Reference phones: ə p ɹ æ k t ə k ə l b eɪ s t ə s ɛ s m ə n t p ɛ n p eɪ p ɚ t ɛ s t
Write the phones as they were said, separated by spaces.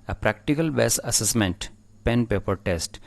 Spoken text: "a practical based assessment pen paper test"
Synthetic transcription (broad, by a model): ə p ɹ æ k t ə k ə l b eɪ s ə s ɛ s m ə n t p ɛ n p eɪ p ɚ t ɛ s t